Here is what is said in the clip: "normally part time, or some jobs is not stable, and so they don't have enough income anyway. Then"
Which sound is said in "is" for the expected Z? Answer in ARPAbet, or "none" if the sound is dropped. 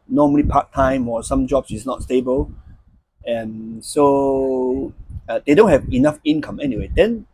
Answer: S